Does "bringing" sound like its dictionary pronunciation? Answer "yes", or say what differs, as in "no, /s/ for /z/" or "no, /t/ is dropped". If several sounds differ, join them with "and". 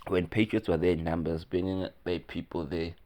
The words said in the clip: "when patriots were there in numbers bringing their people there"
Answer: no, /ɹ/ is dropped